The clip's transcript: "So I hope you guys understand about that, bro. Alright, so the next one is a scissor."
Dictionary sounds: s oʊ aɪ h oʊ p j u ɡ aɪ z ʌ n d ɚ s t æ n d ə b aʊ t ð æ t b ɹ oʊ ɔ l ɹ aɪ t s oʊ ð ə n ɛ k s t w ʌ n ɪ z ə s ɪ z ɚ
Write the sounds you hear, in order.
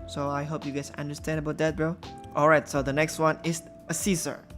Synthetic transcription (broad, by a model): s oʊ aɪ h oʊ p j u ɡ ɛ s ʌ n d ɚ s t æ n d ə b aʊ t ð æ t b l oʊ ɔ l ɹ aɪ t s oʊ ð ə n ɛ k s t w ʌ n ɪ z ə s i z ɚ